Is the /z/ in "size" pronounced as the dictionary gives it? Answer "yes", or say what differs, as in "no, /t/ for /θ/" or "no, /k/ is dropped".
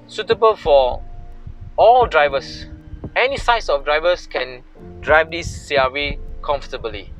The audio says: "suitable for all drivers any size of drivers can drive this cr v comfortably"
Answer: no, /s/ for /z/